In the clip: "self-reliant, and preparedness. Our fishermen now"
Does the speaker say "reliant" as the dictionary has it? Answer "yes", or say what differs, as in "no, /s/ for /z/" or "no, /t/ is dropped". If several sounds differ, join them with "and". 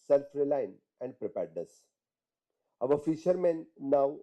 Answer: no, /t/ is dropped